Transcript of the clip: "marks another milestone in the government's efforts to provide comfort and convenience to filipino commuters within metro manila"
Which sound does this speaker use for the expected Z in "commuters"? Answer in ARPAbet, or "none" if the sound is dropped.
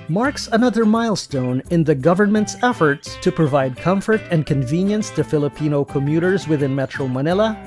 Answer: Z